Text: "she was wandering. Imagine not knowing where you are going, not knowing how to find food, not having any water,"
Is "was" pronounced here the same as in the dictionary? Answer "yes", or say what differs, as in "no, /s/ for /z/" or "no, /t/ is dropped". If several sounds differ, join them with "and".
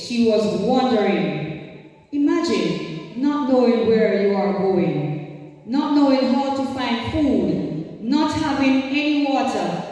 yes